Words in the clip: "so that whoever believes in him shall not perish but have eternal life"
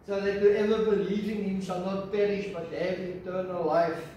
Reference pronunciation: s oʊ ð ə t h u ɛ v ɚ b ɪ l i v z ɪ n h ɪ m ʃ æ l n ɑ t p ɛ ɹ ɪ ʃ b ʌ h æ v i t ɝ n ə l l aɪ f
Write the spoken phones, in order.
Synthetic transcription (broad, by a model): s oʊ ð ə t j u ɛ v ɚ b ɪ l i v ɪ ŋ h ɪ m s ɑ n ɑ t p ɛ ɹ ɪ ʃ b ʌ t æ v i t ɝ n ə l l aɪ f